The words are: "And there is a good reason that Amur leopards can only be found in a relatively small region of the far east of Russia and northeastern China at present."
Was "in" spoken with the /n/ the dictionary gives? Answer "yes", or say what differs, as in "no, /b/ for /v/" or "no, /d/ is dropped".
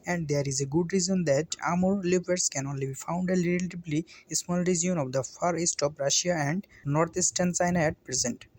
no, /l/ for /n/